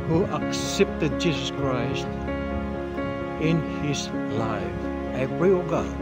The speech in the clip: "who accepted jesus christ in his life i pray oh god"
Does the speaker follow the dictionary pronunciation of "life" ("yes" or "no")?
yes